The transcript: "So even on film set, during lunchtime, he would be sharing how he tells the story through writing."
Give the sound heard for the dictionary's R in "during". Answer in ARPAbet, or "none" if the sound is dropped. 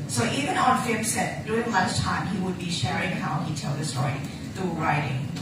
none